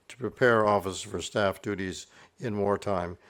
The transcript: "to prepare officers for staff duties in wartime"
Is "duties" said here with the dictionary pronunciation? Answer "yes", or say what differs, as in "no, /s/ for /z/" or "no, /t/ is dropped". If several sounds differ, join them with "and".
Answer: yes